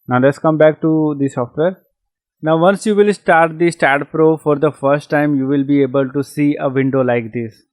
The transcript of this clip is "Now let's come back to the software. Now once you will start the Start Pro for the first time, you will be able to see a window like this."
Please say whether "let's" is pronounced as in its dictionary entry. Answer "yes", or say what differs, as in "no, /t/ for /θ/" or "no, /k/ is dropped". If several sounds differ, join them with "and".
yes